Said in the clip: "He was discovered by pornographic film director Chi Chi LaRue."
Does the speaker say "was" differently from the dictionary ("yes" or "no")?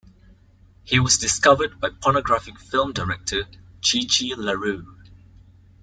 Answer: no